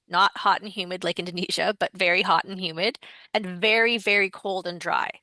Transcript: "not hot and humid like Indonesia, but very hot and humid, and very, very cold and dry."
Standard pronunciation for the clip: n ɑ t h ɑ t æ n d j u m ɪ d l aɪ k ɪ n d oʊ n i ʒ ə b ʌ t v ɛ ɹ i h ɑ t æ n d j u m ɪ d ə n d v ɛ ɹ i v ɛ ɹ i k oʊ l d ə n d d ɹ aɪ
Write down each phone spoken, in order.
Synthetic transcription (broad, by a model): n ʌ t h ɑ t n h j u m ɪ d l aɪ k ɪ n d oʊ n i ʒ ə b ʌ t v ɛ ɹ i h ɑ t n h j u m ɪ d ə n v ɛ ɹ i v ɛ ɹ i k oʊ l d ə n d d ɹ aɪ